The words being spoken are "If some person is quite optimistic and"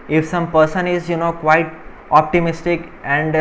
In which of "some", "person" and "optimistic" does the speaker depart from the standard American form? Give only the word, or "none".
none